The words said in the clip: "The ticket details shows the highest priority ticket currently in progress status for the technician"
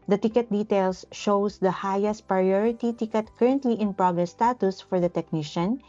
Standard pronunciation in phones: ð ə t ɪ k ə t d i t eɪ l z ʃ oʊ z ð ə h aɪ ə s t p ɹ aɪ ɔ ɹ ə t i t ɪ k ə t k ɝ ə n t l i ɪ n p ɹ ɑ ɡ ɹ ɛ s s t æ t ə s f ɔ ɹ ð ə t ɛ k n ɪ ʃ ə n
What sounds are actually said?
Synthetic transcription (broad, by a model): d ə t ɪ k ə t d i t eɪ l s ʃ oʊ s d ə h aɪ ə s t p ɹ aɪ ɔ ɹ ə t i t ɪ k ə t k ɝ ə n t l i ɪ n p ɹ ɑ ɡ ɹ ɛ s s t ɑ t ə s f ɔ ɹ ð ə t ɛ k n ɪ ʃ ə n